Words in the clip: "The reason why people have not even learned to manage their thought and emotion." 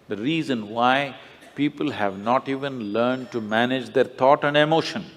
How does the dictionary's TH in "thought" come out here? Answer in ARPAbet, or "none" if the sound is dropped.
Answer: T